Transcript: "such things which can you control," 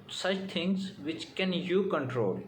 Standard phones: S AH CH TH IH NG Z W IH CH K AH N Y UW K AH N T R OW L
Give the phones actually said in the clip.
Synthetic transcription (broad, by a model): S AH CH T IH NG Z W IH CH K AH N Y UW K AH N T R OW L